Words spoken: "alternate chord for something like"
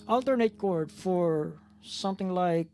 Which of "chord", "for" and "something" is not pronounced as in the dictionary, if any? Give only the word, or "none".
none